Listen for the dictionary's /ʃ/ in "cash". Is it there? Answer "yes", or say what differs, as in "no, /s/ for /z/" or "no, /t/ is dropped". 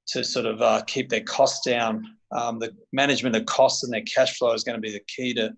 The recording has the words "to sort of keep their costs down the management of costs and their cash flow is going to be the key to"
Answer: yes